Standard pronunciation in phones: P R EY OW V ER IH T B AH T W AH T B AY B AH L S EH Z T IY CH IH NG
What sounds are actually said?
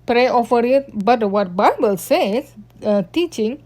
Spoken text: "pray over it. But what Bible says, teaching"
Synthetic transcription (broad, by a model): P R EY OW F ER IH T B AH T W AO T B AY B AH L S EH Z T IY CH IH NG